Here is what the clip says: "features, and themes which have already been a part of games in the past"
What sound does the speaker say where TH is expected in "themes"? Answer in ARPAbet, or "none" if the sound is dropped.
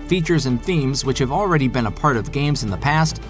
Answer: TH